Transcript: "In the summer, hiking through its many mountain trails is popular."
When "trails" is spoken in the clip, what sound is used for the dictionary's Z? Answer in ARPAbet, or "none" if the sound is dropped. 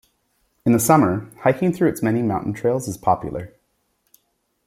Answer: Z